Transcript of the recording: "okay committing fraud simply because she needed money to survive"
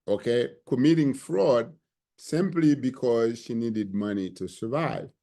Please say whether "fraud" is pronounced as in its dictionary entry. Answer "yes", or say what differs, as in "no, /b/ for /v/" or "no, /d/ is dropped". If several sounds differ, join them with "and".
yes